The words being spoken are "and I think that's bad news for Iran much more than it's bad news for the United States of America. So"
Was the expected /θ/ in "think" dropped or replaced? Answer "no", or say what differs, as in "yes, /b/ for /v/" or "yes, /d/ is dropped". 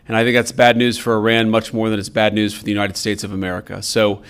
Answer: no